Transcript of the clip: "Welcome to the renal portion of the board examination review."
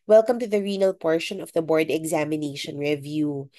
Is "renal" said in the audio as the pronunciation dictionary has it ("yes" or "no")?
yes